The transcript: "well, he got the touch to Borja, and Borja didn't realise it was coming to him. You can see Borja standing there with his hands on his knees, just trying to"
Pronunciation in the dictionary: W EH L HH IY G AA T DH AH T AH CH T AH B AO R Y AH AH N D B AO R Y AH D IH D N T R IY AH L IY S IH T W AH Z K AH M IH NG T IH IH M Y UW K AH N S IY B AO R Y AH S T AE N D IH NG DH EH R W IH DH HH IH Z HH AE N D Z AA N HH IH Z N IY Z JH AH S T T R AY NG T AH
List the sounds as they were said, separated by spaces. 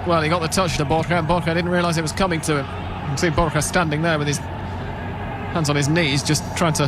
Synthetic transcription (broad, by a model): W EH L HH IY G AA T DH AH T AH CH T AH B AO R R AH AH N B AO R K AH D IH D N T R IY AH L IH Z IH T W AH Z K AH M IH NG T IH IH M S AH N B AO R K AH S T AE N D IH NG DH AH R W IH DH IH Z HH AE N D Z N IH Z N IY Z JH AH S T T R AY NG T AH